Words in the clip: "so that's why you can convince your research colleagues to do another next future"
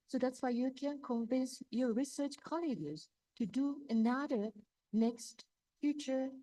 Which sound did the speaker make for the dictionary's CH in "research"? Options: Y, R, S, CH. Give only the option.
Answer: CH